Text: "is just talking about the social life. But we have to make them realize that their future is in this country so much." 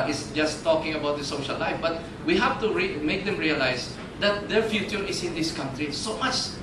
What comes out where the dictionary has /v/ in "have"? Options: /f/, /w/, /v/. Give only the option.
/f/